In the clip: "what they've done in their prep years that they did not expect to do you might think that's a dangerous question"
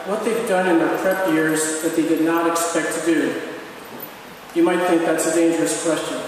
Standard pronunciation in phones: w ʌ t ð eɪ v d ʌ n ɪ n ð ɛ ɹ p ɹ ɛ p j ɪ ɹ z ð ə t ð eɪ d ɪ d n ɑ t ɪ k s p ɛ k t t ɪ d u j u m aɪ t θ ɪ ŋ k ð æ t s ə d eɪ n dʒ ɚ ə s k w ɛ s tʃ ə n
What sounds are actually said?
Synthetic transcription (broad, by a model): w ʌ t ð eɪ v d ʌ n ɪ n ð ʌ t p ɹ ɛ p j ɪ ɹ z ð ə t ð eɪ d ɪ d n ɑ t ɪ k s p ɛ k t t ɪ d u j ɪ m aɪ t θ ɪ ŋ k ð æ t s ə d eɪ n dʒ ɚ ə s k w ɛ s tʃ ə n